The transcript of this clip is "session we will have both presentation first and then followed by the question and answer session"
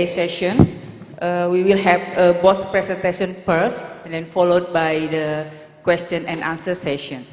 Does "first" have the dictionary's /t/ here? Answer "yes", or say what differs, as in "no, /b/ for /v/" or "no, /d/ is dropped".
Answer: no, /t/ is dropped